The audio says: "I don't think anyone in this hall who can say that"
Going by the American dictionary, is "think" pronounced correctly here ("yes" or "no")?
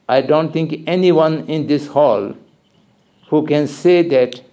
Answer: no